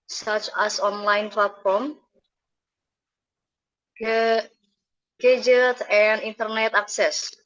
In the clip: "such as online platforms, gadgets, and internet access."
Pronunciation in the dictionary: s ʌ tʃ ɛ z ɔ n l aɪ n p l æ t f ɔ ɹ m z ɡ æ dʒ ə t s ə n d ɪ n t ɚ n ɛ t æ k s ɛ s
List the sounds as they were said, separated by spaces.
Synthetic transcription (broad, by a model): s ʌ tʃ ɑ s ɔ n l aɪ n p l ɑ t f ɔ ɹ m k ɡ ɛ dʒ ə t ə n d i n t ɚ n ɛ t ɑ k s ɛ s